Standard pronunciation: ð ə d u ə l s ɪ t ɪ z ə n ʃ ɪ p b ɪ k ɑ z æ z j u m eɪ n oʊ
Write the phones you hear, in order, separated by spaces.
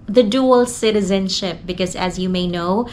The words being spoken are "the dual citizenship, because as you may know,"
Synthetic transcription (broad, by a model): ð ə d u ə l s ɪ t ɪ z ə n ʃ ɪ p b ɪ k ɑ z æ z j u m eɪ n oʊ